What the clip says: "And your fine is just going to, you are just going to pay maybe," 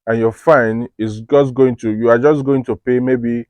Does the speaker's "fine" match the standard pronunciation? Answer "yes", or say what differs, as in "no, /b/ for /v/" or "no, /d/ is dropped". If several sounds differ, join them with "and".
yes